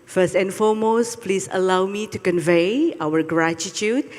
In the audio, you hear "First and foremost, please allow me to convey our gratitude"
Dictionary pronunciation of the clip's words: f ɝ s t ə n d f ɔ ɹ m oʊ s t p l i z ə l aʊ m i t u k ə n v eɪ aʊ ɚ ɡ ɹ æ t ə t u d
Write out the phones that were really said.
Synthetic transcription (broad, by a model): f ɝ s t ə n f ɔ m oʊ s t p l i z ə l aʊ m i t u k ə n v eɪ aʊ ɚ ɡ ɹ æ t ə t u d